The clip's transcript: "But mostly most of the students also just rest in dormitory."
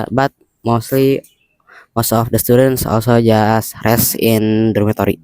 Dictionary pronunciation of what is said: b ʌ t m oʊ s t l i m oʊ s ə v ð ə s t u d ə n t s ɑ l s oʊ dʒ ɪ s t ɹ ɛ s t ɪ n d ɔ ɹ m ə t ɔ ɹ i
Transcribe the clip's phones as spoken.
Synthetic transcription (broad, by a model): b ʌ t m oʊ s t l i m oʊ s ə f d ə s t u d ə n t s ɑ l s oʊ dʒ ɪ s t ɹ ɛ s ɪ n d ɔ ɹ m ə t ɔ ɹ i